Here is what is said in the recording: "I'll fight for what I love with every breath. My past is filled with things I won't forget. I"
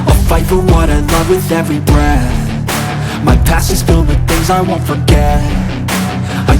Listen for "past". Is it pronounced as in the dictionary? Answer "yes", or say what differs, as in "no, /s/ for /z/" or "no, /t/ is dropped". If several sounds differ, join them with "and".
no, /t/ is dropped